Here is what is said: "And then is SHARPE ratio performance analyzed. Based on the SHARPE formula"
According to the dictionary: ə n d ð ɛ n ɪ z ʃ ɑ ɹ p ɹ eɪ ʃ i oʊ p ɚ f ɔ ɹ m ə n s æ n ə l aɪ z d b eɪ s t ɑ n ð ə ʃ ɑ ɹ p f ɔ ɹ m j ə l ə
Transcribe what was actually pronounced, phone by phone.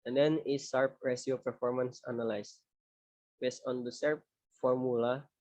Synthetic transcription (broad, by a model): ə n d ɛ n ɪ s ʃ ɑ ɹ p ɹ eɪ s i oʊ p ɚ f ɔ ɹ m ə n s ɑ n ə l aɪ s b eɪ s t ɑ n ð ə s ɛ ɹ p f ɔ ɹ m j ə l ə